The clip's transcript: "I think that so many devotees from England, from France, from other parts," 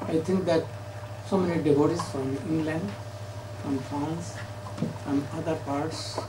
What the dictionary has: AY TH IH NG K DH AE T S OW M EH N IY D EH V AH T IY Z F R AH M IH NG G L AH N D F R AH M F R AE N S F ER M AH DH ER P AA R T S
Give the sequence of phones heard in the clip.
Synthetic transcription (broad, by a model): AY T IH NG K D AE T S OW M EH N IY D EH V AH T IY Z F R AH M IH NG G L AH N D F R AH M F R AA N S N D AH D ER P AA R T S